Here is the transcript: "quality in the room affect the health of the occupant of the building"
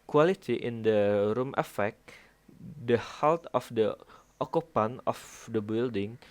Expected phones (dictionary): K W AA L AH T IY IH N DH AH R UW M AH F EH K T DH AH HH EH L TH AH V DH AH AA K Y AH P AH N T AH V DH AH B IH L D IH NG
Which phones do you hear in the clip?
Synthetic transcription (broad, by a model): K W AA L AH T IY IH N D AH R UW M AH F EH K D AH HH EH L T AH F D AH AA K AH P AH N AH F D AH B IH L D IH NG